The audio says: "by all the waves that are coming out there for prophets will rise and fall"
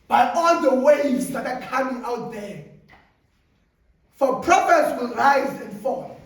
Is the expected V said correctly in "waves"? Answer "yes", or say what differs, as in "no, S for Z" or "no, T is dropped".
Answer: no, V is dropped